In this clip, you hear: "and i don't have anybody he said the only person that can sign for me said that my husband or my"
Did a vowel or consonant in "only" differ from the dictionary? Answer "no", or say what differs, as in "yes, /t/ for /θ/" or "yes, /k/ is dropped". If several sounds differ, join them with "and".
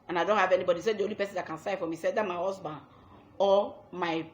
yes, /n/ is dropped